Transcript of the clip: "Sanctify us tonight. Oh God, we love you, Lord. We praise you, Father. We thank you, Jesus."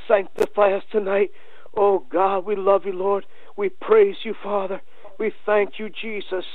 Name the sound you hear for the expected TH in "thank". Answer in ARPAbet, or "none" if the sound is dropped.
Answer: TH